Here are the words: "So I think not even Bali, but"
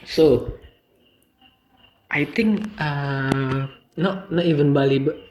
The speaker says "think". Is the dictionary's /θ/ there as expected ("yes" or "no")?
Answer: no